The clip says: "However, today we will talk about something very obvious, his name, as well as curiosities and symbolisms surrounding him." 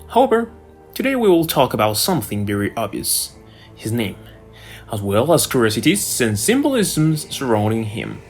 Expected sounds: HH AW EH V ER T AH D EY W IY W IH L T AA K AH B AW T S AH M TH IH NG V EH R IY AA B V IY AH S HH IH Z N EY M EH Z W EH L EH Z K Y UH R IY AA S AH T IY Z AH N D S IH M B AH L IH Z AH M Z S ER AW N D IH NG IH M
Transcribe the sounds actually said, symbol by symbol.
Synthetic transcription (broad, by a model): HH AW EH V ER T AH D EY W IY W IH L T AA K AH B AW T S AH M TH IH NG V EH R IY AA B V IY AH S HH IH Z N EY M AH Z W EH L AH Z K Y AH R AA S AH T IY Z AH N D S IH M B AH L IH Z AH M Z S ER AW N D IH NG IH M